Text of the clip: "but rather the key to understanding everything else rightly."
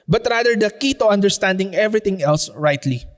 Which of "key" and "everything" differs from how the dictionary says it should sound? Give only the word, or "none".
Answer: everything